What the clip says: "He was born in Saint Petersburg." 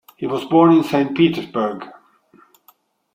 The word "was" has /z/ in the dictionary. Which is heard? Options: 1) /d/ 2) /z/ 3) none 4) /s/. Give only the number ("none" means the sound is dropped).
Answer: 2